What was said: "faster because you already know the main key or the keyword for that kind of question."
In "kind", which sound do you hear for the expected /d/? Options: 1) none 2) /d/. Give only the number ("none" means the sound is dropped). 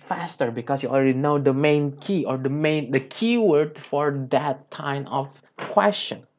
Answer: 1